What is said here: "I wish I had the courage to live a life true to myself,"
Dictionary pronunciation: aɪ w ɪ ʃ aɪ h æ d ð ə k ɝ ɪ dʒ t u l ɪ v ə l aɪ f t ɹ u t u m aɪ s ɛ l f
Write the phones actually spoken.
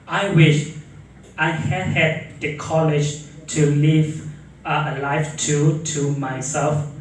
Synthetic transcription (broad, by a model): aɪ w ɪ ʃ aɪ h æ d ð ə k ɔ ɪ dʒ t u l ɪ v ə l aɪ f t u t u m aɪ s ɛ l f